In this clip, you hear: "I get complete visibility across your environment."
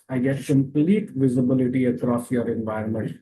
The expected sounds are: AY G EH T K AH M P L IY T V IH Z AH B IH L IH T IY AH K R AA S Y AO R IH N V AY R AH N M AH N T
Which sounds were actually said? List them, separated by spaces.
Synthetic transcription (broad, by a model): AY G EH T K AH M P L IY T V IH Z AH B IH L IH T IY AH K R AA S Y AO R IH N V AY R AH N M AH N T